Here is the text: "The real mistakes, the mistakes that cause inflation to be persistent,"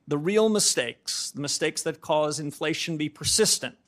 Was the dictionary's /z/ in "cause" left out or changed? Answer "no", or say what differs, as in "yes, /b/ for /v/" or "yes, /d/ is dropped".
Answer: no